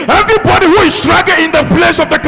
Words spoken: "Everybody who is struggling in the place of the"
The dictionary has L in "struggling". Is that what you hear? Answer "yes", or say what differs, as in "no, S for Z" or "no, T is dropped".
no, L is dropped